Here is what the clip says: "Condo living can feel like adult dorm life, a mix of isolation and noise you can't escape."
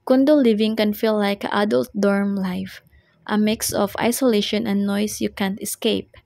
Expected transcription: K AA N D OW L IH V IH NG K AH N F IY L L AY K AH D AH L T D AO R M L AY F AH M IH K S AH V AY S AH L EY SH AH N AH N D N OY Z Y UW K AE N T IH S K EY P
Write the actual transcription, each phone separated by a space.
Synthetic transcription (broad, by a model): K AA N D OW L IH V IH NG K AH N F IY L L AY K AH D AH L T D AO R M L AY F AH M IH K S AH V AY S AH L EY SH AH N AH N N OY S Y UW K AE N T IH S K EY P